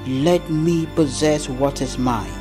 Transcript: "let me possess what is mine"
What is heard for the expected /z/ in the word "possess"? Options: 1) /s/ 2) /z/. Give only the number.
2